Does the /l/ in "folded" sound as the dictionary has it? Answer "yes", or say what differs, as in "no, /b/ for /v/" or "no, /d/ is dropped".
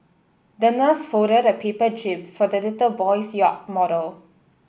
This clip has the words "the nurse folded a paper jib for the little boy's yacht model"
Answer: no, /l/ is dropped